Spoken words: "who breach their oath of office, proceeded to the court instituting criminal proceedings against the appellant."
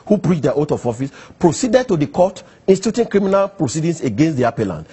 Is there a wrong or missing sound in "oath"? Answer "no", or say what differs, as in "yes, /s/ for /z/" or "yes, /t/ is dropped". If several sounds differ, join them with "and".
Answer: yes, /t/ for /θ/